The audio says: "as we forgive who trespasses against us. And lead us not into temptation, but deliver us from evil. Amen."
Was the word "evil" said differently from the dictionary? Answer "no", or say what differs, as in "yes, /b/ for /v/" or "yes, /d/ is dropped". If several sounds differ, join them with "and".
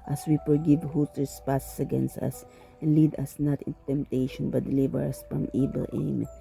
yes, /b/ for /v/